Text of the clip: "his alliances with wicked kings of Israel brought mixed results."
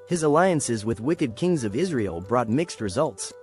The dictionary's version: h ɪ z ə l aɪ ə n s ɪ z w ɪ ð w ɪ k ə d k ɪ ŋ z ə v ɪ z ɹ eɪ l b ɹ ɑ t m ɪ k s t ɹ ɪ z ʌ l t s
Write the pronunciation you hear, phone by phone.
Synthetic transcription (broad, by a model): h ɪ z ə l aɪ ə n s ɪ z w ɪ ð w ɪ k ə d k ɪ ŋ z ə v ɪ z ɹ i l b ɹ ɑ t m ɪ k s t ɹ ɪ z ʌ l t s